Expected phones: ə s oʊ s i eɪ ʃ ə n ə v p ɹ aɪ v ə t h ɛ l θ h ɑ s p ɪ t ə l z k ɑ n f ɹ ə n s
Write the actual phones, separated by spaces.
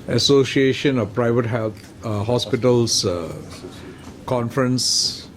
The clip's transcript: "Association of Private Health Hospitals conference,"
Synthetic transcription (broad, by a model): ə s oʊ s i eɪ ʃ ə n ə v p ɹ aɪ v ə t h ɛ l t h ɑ s p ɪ t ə l s k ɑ n f ɹ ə n s